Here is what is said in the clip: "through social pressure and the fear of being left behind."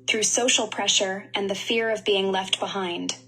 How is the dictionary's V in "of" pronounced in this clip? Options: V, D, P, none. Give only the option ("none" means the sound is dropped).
V